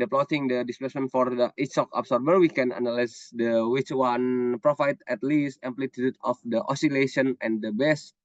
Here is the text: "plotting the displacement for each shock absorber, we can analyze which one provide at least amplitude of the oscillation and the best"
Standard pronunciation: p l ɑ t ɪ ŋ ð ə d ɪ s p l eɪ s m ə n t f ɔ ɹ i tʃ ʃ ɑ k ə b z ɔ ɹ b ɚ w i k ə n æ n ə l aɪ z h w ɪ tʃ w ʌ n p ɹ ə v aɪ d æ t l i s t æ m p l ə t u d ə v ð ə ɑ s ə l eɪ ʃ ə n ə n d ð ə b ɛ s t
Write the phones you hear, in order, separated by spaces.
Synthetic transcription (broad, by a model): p l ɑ t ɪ ŋ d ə d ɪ s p l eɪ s m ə n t f ɔ ɹ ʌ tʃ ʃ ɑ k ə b s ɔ ɹ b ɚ w i k ə n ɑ n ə l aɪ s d w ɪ tʃ w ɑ n p ɹ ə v aɪ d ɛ t l i s t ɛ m p l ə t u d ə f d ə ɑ s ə l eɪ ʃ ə n ə n d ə b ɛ s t